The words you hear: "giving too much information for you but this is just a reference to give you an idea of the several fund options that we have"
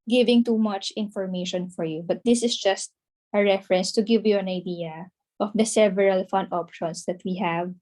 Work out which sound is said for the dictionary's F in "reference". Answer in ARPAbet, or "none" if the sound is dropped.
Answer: F